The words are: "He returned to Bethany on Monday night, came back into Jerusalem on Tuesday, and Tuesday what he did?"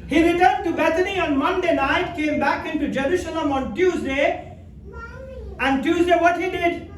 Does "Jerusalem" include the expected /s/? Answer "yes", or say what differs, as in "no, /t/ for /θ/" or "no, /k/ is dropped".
no, /ʃ/ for /s/